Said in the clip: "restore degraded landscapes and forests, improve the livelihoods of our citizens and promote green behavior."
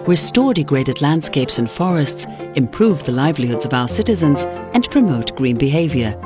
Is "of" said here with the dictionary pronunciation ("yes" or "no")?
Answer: yes